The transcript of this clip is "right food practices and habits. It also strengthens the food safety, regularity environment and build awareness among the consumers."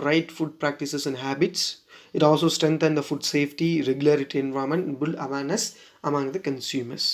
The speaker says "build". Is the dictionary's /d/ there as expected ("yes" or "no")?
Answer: no